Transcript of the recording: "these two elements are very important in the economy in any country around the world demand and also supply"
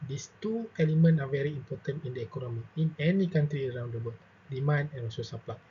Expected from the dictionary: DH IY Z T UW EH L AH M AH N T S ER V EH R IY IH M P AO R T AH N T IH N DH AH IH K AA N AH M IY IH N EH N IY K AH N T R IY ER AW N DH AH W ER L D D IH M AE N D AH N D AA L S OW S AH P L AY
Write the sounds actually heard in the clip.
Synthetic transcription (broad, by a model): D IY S T UW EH L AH M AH N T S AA V EH R IY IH M P AO T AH N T IH N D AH IH K AA N AH M IY IH N EH N IY K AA N T R IY ER AW N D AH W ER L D D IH M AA N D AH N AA S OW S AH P L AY